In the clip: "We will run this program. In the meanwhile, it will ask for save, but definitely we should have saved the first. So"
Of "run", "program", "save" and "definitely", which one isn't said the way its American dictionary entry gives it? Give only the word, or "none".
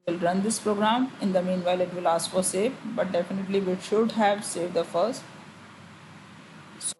save